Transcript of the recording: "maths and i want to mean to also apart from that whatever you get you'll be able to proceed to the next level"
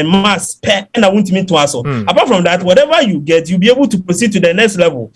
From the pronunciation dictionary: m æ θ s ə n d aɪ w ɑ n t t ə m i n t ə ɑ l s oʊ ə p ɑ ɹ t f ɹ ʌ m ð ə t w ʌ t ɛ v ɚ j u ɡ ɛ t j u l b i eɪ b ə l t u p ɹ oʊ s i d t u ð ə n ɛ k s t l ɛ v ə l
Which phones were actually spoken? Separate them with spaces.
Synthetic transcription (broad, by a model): m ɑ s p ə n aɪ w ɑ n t t ə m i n t ə ɑ s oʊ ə p ɑ t f ɹ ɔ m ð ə t w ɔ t ɛ v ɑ j u ɡ ɛ t j u l b i eɪ b ə l t u p ɹ oʊ s i d t u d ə n ɛ k s t l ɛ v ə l